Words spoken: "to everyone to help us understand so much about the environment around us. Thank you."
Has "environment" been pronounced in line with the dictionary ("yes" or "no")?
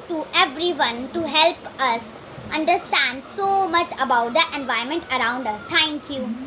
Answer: no